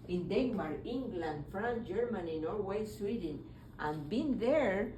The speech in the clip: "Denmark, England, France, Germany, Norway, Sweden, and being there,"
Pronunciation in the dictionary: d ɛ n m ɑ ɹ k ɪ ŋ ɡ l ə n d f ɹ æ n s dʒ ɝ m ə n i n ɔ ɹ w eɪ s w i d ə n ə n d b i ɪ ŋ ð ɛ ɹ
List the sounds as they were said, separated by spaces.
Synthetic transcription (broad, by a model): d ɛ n m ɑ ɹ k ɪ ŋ ɡ l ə n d f ɹ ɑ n dʒ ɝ m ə n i n ɔ ɹ w eɪ s w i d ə n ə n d b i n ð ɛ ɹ